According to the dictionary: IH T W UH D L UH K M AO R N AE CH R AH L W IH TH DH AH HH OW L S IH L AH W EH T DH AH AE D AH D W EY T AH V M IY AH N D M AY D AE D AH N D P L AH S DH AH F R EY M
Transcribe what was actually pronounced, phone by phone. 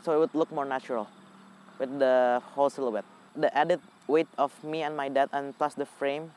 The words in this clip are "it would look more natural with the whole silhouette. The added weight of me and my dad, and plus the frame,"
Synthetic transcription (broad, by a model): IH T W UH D L UH K M AO R N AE CH R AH L W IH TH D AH HH OW L S IH L AH W EH T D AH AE D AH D W EY T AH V M IY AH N M AY D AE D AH N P L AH S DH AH F R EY M